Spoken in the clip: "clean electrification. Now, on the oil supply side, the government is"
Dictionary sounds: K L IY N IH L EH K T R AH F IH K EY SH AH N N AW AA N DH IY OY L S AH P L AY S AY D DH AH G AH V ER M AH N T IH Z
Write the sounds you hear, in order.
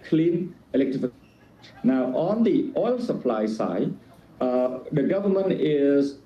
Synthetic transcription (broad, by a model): K L IY N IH L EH K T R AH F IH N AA AH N AA N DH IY OY L S AH P L AY S AY D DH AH G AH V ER M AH N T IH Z